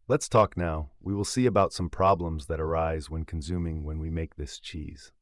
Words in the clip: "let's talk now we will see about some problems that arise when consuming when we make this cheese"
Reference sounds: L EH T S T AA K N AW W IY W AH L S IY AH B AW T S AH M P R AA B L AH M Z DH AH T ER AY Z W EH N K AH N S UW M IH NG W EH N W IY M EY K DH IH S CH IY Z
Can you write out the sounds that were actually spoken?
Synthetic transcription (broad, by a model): L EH T S T AA K N AW W IY W AH L S IY AH B AW T S AH M P R AA B L AH M Z DH AH T ER AY Z W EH N K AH N S UW M IH NG W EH N W IY M EY K DH IH S CH IY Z